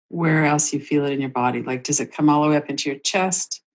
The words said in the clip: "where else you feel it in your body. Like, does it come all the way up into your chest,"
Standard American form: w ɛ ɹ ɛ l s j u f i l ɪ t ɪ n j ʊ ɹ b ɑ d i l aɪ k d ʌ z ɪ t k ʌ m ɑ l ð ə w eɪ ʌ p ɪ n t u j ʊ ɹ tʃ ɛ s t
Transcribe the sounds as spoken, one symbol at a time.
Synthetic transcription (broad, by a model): w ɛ ɹ ɛ l s j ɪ f i l ɪ t ɪ n j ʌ ɹ b ɑ d i l aɪ k d ʌ z ɪ t k ʌ m ɑ l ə w eɪ ʌ p ɪ n t u j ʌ ɹ tʃ ɛ s t